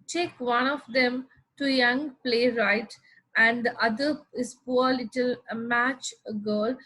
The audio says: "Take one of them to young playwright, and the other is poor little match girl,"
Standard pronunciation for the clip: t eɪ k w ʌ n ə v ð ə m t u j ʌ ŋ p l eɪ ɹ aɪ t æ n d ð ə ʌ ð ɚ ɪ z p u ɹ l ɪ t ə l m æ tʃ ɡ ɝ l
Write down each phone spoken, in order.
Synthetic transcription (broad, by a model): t eɪ k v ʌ n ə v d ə m t u j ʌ ŋ p l eɪ ɹ aɪ t æ n d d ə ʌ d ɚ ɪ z p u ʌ l ɪ t ə l m æ tʃ ɡ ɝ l